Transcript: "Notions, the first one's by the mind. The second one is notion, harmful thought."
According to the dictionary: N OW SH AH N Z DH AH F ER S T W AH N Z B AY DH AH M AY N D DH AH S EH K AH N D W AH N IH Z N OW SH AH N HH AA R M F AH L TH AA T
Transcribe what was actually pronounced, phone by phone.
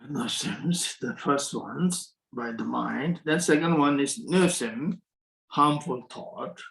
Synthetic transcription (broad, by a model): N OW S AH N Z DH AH F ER S T W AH N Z B AY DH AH M AY N D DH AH S EH K AH N D W AH N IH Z N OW S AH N HH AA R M F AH L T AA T